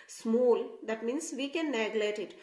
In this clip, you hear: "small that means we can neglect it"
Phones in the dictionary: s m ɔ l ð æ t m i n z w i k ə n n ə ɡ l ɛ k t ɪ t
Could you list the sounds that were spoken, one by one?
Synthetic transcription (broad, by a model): s m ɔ l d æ t m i n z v i k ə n n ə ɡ l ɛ t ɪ t